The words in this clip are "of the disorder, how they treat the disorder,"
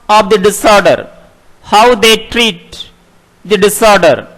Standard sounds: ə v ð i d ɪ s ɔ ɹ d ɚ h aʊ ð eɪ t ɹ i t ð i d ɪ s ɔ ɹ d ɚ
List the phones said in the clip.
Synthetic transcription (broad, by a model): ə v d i d ɪ s ɔ ɹ d ɚ h aʊ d eɪ t ɹ i t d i d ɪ s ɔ ɹ d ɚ